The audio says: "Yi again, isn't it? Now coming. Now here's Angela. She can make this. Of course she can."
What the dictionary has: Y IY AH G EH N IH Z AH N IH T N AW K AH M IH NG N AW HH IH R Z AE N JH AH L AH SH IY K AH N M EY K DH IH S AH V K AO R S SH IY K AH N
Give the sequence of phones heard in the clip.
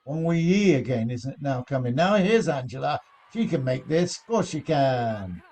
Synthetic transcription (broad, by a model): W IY AH G EH N IH Z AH N IH T N AW K AH M IH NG N AW HH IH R Z AE N JH AH L AH SH IY K AH N M EY K DH IH S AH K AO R SH IY K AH N